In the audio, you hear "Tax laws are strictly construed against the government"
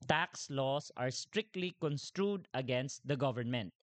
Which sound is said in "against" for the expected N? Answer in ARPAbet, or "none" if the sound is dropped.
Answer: N